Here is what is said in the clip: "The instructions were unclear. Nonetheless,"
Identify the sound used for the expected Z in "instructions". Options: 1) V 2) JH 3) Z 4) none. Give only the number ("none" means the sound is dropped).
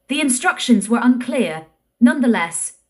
3